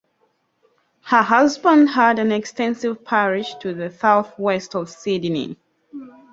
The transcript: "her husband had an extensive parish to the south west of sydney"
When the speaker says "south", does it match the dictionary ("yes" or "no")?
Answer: yes